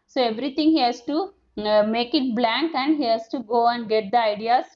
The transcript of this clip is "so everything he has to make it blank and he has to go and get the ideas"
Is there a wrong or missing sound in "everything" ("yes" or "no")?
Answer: yes